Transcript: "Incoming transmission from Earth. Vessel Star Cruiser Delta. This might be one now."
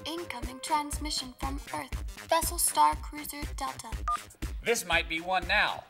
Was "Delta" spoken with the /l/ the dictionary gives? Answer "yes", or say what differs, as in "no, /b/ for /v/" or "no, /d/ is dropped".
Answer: no, /l/ is dropped